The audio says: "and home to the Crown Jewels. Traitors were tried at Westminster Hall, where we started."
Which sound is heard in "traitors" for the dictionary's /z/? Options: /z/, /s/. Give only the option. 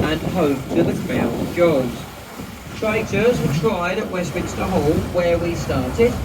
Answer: /z/